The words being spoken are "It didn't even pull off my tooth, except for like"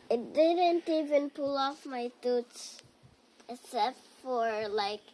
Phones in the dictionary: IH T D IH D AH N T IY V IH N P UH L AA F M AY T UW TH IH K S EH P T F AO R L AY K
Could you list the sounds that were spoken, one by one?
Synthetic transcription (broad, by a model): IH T D IH D AH N T IY V IH N P UH L AA F M AY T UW S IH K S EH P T F AO R L AY K